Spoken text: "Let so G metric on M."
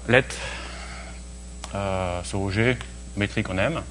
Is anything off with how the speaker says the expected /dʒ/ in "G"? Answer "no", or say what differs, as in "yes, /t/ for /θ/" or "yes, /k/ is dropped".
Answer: yes, /ʒ/ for /dʒ/